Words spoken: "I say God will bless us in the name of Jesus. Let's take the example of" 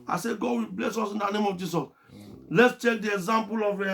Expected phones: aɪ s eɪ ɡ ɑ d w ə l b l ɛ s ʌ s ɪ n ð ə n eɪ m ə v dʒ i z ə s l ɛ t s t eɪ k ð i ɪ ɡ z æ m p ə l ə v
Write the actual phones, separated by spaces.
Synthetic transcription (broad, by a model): aɪ s eɪ ɡ ɑ d w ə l b l ɛ s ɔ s ɪ n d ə n eɪ m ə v dʒ i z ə s l ɛ t s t eɪ k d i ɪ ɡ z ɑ m p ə l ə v